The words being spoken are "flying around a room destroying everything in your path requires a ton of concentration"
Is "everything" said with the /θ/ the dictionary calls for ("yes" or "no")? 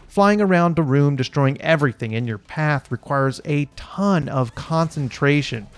yes